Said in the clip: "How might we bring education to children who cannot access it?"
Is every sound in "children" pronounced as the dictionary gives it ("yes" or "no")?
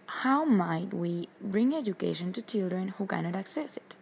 yes